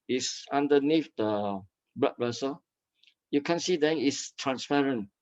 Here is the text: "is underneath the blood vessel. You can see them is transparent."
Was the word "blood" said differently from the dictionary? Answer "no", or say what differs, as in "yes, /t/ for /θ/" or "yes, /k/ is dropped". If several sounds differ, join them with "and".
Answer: yes, /l/ is dropped